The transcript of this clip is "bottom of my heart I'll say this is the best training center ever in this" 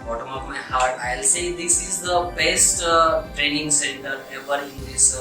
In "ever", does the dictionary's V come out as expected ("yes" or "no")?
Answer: no